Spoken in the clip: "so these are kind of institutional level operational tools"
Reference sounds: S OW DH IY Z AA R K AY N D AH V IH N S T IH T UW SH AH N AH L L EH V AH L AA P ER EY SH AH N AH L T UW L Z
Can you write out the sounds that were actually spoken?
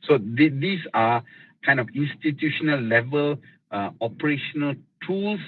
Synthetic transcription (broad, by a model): S OW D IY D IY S K AY N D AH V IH N S T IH T UW SH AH N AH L L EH V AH L AA P ER EY SH AH N AH L T UW L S